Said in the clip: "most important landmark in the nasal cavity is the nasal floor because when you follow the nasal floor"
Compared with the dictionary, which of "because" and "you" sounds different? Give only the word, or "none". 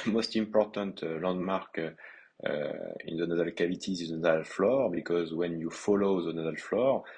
none